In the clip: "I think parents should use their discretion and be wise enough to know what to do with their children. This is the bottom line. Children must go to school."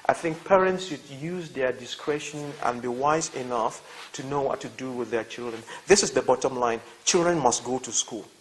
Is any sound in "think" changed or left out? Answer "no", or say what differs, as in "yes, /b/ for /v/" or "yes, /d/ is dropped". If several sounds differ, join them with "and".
no